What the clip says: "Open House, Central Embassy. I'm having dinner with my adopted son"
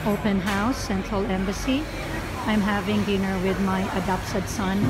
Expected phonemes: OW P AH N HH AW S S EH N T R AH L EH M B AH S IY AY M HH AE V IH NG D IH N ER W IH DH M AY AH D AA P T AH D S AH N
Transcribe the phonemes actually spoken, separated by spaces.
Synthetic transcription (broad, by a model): OW P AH N HH AW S S EH N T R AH L EH M B AH S IY AY M HH AE V IH NG D IH N ER W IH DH M AY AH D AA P S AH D S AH N